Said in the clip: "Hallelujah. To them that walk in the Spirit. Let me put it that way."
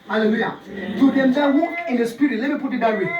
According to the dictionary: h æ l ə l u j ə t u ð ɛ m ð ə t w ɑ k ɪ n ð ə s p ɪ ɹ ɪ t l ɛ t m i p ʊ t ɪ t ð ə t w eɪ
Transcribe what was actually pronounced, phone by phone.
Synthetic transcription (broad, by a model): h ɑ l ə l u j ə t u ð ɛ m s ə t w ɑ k ɪ n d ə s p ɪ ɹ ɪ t l ɛ t m i p ʊ t ɪ t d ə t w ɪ